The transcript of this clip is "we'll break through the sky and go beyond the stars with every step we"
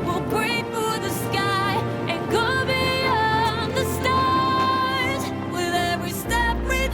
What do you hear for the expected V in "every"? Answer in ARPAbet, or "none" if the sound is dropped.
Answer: V